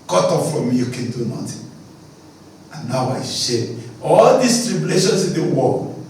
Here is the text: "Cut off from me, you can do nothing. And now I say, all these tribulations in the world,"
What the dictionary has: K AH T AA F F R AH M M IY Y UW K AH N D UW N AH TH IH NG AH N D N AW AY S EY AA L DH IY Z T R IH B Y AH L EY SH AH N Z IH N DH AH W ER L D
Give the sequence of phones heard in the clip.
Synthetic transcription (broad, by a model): K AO T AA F F R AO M M IY Y UW K AH N D UW N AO T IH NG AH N N AW AY SH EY AA L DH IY S T R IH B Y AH L EY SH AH N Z IH N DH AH W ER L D